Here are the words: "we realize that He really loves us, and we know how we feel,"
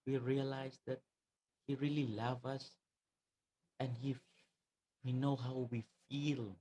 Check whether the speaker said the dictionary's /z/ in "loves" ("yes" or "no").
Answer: no